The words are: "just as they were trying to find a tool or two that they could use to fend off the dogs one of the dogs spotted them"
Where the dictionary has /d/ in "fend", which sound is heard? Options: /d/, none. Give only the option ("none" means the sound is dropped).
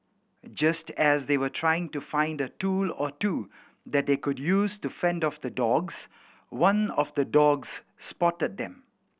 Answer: /d/